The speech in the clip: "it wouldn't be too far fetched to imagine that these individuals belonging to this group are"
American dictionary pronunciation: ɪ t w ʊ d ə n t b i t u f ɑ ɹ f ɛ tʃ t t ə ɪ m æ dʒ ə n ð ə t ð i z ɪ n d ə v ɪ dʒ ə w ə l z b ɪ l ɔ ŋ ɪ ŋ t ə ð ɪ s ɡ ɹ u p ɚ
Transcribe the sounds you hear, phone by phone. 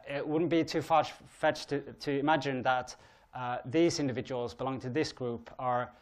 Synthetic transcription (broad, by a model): ɪ t w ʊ d n b i t u f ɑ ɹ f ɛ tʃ t t ə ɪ m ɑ dʒ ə n ð ə t ð i z ɪ n d ə v ɪ dʒ ə w ə l z b ɪ l ɔ ŋ ɪ ŋ t ə ð ɪ s ɡ ɹ u p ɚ